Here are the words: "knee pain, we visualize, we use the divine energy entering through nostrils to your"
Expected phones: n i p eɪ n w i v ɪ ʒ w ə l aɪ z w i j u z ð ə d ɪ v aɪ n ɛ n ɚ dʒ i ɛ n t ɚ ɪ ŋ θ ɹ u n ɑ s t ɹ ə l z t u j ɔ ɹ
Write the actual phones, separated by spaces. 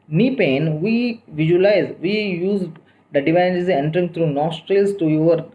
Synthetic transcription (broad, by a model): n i p eɪ n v i v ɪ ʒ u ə l aɪ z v i j u z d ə d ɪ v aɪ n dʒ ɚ z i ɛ n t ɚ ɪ ŋ t ɹ u n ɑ s t ɹ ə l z t u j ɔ ɹ